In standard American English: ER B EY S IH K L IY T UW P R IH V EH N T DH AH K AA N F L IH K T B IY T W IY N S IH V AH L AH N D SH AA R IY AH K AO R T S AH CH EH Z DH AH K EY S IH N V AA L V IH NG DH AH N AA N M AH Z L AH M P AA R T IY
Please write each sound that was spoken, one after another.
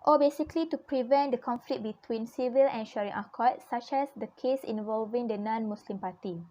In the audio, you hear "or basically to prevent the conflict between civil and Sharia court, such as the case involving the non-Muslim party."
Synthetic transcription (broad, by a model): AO B EY S IH K L IY T UW P R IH V EH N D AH K AA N F L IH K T B IY T W IY N S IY V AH L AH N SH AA R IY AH K AO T S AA CH EH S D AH K EY S IH N V AA L V IH NG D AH N AA N M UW S L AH M P AA T IY